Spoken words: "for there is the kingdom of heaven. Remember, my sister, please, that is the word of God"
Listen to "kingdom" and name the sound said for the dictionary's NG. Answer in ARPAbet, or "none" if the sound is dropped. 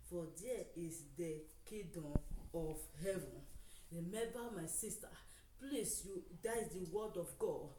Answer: none